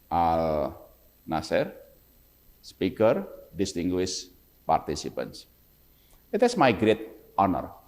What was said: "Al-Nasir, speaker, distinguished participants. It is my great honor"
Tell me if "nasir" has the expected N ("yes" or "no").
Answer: yes